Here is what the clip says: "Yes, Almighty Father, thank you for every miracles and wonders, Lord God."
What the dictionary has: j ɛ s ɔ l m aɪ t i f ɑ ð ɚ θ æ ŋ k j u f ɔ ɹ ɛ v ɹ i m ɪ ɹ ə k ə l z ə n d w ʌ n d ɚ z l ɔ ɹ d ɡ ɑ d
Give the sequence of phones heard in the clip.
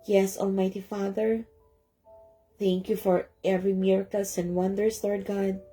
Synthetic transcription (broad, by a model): j ɛ s ɔ l m aɪ t i f ɑ ð ɚ θ æ ŋ k j u f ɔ ɹ ɛ v ɹ i m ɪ ɹ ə k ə l s ə n d w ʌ n d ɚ s l ɔ ɹ d ɡ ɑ d